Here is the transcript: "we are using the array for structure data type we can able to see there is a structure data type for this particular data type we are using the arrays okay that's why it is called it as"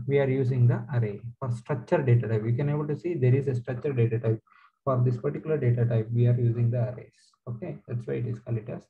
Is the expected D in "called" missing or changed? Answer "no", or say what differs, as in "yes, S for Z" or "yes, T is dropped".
yes, D is dropped